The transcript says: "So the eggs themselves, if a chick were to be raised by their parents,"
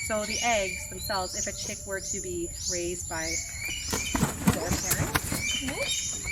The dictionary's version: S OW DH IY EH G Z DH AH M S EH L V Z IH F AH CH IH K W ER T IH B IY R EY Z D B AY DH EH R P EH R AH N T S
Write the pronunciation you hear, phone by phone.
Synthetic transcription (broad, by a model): S OW DH IY EH G Z DH AH M S EH L V Z IH F AH CH IH K W ER T IH B IY R EY Z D B AY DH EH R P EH R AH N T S